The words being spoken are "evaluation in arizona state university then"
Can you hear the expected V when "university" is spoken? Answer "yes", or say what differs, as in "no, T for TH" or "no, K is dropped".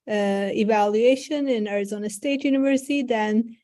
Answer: yes